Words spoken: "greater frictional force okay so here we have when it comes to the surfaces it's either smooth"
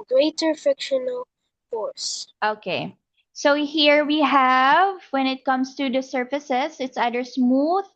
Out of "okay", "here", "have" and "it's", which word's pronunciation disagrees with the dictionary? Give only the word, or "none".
none